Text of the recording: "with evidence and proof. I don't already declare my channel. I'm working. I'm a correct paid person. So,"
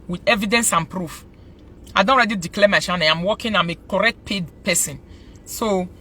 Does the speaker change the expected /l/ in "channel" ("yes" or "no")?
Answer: yes